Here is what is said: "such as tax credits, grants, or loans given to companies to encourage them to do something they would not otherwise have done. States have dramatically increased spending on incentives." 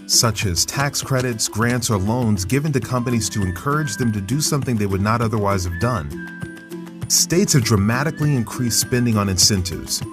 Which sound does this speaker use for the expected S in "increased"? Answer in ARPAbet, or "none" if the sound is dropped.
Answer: S